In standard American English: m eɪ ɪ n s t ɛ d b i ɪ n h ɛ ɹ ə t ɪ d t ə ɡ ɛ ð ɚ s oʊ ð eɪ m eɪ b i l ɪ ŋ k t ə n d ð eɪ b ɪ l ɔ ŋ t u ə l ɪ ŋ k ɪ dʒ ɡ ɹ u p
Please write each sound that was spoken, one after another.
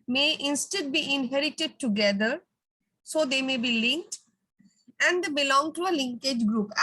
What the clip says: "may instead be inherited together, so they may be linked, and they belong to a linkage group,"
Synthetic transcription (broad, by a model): m eɪ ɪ n s t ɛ d b i ɪ n h ɛ ɹ ə t ɪ d t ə ɡ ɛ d ɚ s oʊ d eɪ m eɪ b i l ɪ ŋ k t ə n d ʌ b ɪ l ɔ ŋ t u ə l ɪ ŋ k ɪ dʒ ɡ ɹ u p